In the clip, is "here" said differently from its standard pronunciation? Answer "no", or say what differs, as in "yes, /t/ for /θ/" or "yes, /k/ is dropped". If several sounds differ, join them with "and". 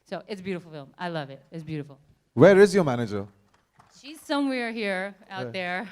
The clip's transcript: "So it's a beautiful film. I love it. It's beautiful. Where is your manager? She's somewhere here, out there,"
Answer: no